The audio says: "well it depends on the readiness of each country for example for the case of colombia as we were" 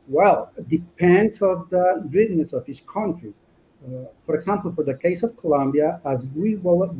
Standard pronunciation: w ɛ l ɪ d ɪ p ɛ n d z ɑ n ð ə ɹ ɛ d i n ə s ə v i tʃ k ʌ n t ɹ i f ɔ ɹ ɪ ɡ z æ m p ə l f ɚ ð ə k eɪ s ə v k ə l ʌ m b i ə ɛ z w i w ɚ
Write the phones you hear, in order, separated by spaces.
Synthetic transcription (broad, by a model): w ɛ l d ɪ p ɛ n d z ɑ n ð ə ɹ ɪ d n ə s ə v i s k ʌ n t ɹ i f ɔ ɹ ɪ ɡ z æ m p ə l f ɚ ð ə k eɪ s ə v k ə l ʌ m b i ə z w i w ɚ